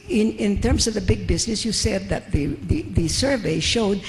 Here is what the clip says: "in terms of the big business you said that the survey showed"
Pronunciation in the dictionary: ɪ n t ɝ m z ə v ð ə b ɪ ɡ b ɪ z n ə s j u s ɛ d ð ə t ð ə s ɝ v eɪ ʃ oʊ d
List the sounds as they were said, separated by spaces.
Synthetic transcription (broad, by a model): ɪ n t ɝ m z ə v ð ə b ɪ ɡ b ɪ z n ə s j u s ɛ d ð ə t ð ə s ɝ v eɪ ʃ oʊ d